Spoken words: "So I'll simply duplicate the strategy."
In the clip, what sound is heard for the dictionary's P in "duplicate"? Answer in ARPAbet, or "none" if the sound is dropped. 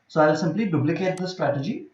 B